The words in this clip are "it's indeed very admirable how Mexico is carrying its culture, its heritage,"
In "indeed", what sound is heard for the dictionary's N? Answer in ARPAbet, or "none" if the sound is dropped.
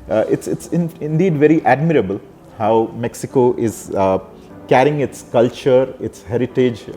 N